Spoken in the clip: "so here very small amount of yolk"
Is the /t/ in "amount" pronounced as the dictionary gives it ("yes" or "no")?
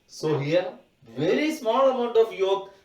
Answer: yes